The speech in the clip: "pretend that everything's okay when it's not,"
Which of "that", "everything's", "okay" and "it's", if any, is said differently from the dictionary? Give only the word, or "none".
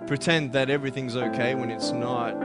none